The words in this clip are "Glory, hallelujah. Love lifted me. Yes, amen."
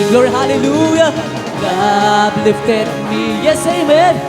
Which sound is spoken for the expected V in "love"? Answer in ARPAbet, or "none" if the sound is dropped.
B